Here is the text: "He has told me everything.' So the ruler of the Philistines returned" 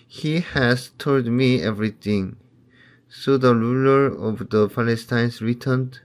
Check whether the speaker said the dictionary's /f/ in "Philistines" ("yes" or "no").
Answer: no